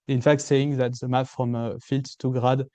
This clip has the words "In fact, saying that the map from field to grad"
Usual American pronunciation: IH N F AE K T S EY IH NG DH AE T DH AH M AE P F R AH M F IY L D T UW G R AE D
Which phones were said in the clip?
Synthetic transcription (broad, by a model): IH N F AE K T S EY IH NG DH AE T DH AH M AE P F R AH M F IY L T T UW G R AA D